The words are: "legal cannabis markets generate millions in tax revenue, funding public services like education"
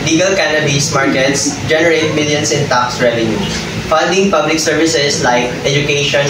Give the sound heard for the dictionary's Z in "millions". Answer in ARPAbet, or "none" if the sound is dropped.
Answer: S